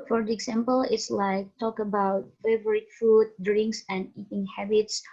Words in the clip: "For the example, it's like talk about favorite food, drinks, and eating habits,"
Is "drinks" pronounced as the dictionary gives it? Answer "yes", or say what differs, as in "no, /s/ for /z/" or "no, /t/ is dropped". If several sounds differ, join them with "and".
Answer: yes